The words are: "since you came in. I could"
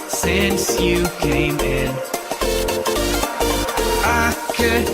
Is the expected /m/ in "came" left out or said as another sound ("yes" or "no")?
no